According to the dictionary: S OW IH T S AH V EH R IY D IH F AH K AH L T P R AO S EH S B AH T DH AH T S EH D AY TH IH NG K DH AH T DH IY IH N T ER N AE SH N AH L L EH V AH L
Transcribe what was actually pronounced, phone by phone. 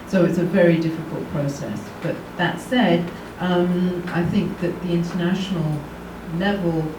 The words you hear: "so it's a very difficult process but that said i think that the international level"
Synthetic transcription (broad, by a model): S OW IH T S AH V EH R IY D IH F AH K AH L T P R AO S EH S B AH T DH AH T S EH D AY TH IH NG K DH AH T DH IY IH N T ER N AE SH N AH L L EH V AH L